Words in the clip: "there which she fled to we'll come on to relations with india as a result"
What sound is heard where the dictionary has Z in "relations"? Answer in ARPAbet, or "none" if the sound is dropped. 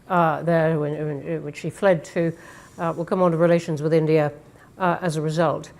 Z